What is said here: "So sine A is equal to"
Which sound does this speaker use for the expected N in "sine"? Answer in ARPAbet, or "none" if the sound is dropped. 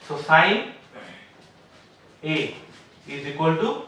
none